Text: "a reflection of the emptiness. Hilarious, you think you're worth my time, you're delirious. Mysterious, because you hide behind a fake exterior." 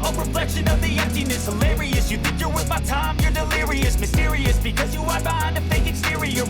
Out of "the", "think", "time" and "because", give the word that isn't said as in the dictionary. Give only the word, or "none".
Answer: none